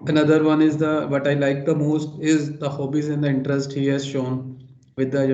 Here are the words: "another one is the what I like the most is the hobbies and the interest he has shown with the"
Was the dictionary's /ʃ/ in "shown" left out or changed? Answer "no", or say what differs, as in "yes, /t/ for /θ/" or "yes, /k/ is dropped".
no